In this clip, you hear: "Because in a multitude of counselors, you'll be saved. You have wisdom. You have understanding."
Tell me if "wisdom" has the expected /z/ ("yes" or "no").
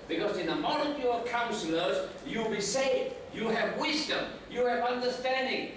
yes